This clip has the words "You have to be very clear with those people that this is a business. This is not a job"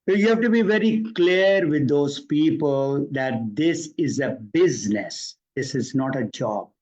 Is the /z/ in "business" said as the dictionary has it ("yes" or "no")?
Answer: yes